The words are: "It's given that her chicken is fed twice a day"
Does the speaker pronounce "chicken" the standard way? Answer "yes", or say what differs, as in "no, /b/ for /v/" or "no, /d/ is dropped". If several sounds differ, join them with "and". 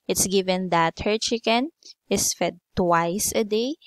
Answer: yes